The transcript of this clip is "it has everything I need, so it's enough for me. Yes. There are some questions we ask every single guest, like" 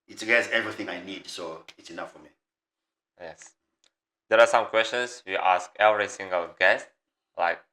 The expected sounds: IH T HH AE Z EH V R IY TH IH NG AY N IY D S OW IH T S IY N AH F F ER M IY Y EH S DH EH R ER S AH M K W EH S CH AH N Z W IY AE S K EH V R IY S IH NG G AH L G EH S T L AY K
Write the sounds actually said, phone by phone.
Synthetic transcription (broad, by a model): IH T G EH S EH V R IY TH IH NG AY N IY D S OW IH T S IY N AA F F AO M IY Y EH S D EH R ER S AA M K W EH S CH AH N S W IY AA S K EH V R IY S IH NG G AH L G EH S T L AY K